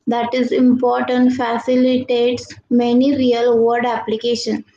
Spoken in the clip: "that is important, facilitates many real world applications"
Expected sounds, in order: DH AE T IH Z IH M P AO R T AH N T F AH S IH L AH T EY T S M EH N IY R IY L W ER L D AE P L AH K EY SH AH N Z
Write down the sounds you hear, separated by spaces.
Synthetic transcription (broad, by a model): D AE T IH Z IH M P AO R T AH N T F AH S IH L AH T EY T S M EH N IY R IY L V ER D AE P L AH K EY SH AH N